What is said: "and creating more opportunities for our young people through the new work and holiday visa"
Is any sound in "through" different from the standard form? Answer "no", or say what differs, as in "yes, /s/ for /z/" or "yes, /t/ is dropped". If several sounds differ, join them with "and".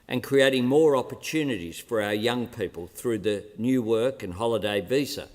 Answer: no